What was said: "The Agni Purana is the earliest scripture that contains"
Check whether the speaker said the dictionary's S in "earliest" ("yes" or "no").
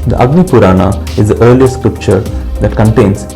no